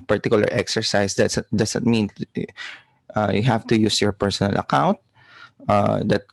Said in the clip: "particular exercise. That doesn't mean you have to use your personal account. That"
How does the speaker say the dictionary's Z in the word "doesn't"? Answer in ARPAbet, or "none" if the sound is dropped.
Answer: S